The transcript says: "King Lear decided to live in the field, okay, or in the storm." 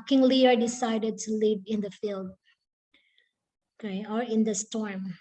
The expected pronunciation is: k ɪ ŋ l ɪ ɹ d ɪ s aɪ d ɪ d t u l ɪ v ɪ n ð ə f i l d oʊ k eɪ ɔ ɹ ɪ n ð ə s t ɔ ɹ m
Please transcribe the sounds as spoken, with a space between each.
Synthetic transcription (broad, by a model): k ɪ ŋ l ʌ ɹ d ɪ s aɪ d ɪ d t u l ɪ v ɪ n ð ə f i l d oʊ k eɪ ɔ ɹ ɪ n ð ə s t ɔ ɹ m